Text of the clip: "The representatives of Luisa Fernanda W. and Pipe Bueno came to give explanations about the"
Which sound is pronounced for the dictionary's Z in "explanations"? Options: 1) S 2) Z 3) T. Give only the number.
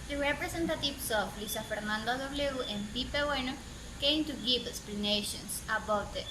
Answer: 1